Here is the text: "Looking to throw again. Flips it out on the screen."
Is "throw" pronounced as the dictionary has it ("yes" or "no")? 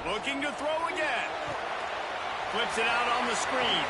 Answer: yes